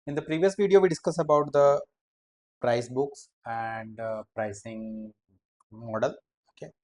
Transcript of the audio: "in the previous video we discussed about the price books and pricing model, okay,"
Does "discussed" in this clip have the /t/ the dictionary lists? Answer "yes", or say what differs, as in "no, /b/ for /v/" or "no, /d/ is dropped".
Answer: no, /t/ is dropped